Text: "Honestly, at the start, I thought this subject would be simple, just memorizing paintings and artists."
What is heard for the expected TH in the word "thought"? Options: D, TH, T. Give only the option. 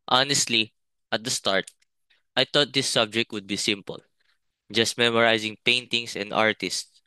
T